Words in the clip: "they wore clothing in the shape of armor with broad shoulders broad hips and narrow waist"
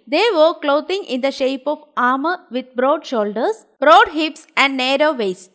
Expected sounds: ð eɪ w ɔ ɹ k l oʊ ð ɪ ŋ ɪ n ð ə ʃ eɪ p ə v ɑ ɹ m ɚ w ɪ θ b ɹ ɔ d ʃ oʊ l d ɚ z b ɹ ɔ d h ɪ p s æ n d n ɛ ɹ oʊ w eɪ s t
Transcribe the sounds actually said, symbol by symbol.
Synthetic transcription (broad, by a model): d eɪ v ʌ ɹ k l oʊ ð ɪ ŋ ɪ n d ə ʃ eɪ p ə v ɑ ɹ m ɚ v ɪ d b ɹ ɔ d ʃ oʊ l d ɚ s b ɹ ɔ d h ɪ p s æ n d n ɛ ɹ oʊ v eɪ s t